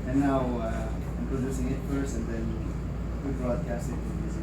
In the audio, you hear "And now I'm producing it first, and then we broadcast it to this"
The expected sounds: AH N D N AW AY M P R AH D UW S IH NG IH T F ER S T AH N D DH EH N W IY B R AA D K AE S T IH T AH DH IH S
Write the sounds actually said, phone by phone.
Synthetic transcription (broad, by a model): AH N N AW AY M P R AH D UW S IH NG IH T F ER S AH N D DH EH N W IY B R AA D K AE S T IH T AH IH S